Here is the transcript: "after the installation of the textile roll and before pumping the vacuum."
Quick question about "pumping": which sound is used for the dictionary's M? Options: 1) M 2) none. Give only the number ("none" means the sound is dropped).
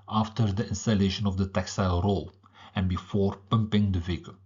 1